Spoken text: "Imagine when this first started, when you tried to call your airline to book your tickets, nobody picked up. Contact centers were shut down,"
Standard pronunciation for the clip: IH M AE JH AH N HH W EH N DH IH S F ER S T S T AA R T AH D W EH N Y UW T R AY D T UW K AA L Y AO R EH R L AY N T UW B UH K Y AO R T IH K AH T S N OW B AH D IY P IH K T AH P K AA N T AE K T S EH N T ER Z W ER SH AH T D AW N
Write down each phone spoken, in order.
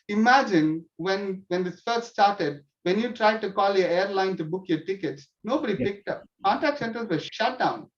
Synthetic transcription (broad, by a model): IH M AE JH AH N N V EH N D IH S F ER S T S T AA R T AH D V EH N Y UW T R AY D T UW K AA L Y AO R EH R L AY N T UW B UH K Y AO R T IH K AH T S N OW B AH D IY P IH K T AH P K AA N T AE K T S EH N T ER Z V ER SH AH T D AW N